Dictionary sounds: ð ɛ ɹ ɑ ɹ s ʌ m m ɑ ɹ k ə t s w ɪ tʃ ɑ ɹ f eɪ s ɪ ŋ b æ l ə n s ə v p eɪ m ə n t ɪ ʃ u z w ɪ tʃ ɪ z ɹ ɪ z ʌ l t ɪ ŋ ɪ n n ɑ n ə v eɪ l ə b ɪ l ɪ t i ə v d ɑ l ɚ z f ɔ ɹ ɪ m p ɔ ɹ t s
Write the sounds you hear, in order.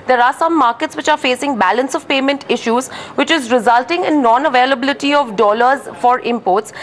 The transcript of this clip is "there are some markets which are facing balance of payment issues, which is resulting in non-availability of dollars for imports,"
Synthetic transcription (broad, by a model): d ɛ ɹ ɑ ɹ s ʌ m m ɑ ɹ k ə t s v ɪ tʃ ɑ ɹ f eɪ s ɪ ŋ b æ l ə n s ə v p eɪ m ə n t ɪ ʃ u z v ɪ tʃ ɪ z ɹ ɪ z ʌ l t ɪ ŋ ɪ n n ɑ n ə v eɪ l ə b ɪ l ɪ t i ə v d ɑ l ɚ z f ɔ ɹ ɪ m p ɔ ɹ t s